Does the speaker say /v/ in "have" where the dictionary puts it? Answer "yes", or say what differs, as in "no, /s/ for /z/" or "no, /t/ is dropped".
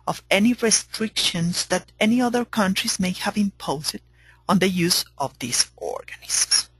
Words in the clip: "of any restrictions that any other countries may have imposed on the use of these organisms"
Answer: yes